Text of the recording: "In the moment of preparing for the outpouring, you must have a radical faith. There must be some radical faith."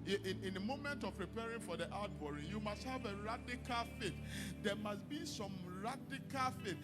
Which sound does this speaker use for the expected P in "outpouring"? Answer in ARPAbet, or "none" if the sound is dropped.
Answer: B